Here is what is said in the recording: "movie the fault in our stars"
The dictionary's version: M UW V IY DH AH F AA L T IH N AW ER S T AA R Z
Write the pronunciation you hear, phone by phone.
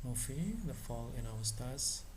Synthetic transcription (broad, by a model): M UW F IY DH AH F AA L IH N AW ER S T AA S